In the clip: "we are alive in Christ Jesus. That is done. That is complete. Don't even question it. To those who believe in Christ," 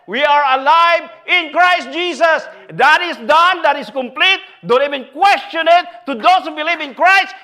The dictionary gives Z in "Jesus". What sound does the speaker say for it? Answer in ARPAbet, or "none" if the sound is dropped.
S